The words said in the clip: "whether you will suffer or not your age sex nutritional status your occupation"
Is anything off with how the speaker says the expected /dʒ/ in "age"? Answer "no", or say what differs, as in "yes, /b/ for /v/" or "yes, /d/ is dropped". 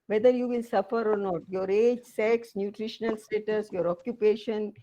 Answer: no